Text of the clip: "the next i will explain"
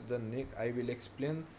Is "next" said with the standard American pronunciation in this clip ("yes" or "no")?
no